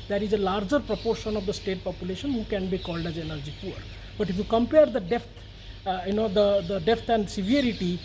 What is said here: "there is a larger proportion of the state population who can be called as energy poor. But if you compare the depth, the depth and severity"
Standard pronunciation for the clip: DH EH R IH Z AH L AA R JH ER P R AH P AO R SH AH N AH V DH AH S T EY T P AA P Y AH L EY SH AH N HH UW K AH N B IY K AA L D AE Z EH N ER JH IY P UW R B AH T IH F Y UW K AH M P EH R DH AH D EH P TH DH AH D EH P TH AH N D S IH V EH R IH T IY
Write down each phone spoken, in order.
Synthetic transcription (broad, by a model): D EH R IH Z AH L AA R JH ER P R AH P AO R SH AH N AH V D AH S T EY T P AA P Y AH L EY SH AH N HH UW K AH N B IY K AA L D AE Z EH N ER JH IY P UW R B AH T IH F Y UW K AH M P EH R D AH D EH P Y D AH D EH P T AH N D S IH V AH R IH T IY